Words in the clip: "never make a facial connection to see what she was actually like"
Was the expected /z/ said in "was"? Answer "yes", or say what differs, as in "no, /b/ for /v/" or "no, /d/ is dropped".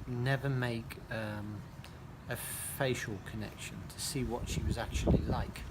yes